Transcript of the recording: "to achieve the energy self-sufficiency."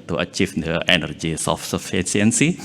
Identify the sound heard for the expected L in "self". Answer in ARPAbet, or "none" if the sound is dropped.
none